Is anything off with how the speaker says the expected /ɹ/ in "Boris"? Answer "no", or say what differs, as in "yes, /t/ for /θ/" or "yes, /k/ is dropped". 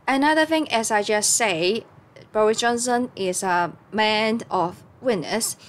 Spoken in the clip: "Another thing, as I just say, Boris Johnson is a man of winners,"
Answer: no